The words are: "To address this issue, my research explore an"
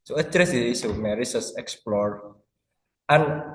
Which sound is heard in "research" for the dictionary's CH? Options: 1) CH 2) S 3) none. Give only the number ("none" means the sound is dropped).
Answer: 2